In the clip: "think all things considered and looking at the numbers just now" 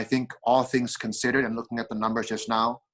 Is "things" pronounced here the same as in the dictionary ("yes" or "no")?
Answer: yes